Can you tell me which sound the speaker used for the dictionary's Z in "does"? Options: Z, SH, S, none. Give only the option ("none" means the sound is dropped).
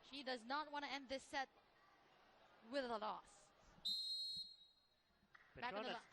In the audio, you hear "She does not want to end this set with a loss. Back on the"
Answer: Z